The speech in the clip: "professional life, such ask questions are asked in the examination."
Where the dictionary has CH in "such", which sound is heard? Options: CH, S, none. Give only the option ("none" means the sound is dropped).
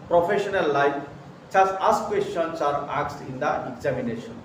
S